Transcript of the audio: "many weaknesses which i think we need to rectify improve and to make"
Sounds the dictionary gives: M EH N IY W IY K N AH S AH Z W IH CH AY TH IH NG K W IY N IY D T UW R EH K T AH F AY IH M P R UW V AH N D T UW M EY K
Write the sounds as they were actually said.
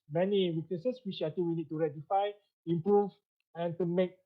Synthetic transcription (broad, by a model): M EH N IY W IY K N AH S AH S W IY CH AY T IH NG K W IY N IY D T UW R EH T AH F AY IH M P R UW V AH N T UW M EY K